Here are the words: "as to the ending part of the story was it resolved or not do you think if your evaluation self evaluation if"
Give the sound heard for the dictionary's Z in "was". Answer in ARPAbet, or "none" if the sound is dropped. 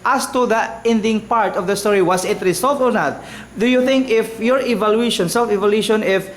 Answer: S